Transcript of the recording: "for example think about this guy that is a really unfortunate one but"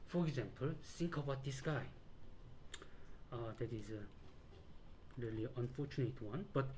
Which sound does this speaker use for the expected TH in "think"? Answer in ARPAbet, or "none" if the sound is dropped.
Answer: S